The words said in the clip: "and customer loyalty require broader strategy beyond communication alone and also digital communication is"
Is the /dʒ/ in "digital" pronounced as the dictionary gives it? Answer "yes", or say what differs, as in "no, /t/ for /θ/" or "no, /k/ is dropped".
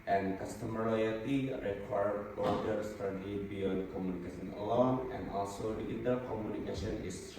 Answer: no, /dʒ/ is dropped